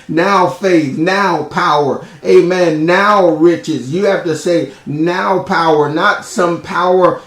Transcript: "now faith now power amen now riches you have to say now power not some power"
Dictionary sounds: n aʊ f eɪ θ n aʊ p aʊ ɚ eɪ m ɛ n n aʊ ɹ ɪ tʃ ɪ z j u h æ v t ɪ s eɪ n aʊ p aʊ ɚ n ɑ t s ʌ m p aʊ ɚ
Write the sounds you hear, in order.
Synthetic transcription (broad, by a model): n aʊ f eɪ θ n aʊ p aʊ ɚ eɪ m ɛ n n aʊ ɹ ɪ tʃ ɪ z j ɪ h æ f t ɪ s eɪ n aʊ p aʊ ɚ n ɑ t s ʌ m p aʊ ɚ